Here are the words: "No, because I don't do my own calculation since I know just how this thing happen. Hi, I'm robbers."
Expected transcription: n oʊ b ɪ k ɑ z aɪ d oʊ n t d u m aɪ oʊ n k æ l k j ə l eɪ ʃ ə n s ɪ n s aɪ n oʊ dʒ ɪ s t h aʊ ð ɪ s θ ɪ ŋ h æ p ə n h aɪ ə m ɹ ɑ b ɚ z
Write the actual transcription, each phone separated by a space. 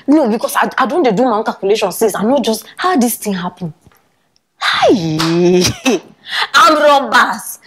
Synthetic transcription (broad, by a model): n oʊ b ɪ k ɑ s aɪ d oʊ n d d u m aɪ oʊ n k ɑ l k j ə l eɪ ʃ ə n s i s aɪ n oʊ dʒ ɪ s t h aʊ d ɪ s t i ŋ h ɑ p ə n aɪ ə m ɹ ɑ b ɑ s